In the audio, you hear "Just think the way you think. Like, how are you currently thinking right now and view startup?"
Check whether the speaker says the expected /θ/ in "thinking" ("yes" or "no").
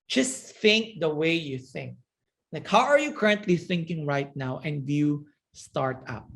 yes